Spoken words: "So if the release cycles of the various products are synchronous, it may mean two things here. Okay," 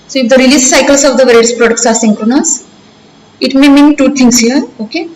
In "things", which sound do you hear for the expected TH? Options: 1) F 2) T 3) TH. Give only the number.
2